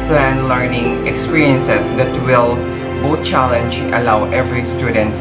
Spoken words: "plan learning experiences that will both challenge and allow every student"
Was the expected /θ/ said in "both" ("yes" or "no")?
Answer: no